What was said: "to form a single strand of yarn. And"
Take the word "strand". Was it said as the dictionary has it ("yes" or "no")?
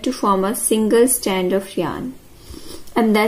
no